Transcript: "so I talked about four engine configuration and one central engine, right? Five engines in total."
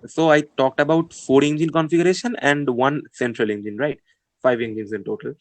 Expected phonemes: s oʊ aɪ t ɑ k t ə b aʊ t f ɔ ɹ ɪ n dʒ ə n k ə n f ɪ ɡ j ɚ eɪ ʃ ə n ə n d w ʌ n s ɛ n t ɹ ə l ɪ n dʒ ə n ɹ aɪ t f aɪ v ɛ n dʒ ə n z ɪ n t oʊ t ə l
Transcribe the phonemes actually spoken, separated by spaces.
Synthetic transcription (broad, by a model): s oʊ aɪ t ɑ k t ə b aʊ t f ɔ ɹ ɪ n dʒ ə n k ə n f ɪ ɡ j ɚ eɪ ʃ ə n ə n d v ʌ n s ɛ n t ɹ ə l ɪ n dʒ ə n ɹ aɪ t f aɪ v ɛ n dʒ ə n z ɪ n t oʊ t ə l